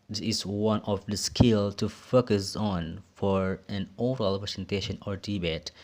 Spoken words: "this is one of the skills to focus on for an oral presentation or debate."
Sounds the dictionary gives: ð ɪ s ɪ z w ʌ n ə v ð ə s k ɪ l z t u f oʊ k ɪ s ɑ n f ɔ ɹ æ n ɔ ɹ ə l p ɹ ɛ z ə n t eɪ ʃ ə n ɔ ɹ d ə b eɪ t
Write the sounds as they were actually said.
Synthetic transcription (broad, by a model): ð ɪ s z w ʌ n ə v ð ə s k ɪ l t u f oʊ k ɪ s ɑ n f ɔ ɹ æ n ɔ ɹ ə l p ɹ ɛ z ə n t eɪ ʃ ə n ɔ ɹ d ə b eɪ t